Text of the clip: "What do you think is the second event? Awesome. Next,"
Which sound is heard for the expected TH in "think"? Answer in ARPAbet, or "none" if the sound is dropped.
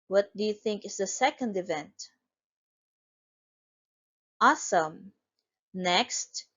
TH